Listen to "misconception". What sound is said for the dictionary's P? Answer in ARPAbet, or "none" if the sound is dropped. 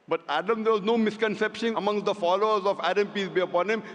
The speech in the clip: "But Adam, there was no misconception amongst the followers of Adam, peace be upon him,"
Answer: P